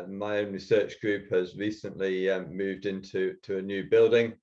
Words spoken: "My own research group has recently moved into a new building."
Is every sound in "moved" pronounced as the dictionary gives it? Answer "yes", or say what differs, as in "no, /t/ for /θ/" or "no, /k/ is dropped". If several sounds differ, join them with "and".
yes